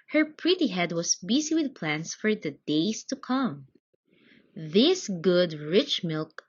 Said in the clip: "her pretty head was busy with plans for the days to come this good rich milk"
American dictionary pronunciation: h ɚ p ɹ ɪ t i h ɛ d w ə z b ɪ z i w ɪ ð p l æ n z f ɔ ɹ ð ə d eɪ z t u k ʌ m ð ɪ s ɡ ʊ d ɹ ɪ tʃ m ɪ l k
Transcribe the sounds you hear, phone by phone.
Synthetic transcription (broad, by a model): h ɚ p ɹ ɪ t i h ɛ d w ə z b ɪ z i w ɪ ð p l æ n s f ɔ ɹ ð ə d eɪ s t u k ʌ m ð ɪ s ɡ ʊ d ɹ ɪ tʃ m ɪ l k